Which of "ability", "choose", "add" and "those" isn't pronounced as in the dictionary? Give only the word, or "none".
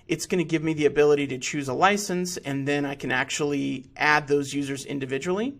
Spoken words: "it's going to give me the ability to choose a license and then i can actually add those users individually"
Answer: none